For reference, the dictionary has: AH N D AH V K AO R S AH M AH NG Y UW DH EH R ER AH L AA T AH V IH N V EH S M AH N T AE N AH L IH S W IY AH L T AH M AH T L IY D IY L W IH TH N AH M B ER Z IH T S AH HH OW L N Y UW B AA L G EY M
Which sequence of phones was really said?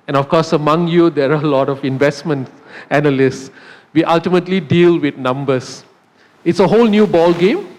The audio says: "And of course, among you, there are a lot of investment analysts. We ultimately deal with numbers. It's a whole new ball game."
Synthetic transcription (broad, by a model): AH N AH F K AO S AH M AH NG Y UW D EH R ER AH L AA T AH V IH N V EH S M AH N T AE N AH L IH S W IY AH L T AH M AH T L IY D IY L W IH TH N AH M B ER S IH T S AH HH OW L N Y UW B AA L G EY M